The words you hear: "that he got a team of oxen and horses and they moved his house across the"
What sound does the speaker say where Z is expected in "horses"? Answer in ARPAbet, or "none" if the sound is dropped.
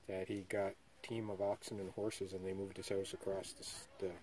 Z